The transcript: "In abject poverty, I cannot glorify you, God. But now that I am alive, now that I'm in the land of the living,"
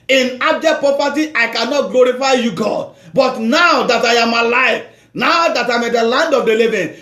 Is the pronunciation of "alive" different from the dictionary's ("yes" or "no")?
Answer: yes